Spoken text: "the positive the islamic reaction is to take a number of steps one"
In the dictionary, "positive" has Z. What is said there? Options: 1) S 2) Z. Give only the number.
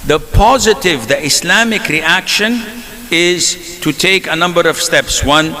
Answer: 2